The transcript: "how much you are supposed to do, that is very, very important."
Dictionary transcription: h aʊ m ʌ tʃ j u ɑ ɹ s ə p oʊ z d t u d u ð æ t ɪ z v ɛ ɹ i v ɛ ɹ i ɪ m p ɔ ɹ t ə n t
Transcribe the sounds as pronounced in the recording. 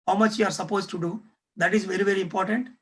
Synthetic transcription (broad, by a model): h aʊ m ʌ tʃ j u ɑ ɹ s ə p oʊ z t u d u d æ t ɪ z v ɛ ɹ i v ɛ ɹ i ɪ m p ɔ ɹ t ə n t